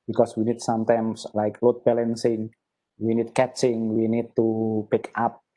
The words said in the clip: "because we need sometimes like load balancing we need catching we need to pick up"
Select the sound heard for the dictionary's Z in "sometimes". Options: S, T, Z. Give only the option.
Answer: S